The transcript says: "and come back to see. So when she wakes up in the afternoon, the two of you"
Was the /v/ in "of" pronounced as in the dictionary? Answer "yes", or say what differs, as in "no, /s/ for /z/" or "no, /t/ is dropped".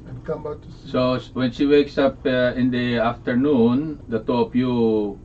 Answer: no, /p/ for /v/